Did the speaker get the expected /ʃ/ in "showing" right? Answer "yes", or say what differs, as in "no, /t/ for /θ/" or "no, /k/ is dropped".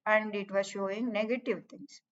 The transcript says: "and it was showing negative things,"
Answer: yes